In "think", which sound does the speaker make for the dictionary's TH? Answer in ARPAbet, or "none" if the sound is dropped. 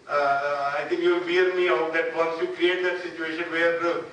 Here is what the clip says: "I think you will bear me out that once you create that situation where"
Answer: T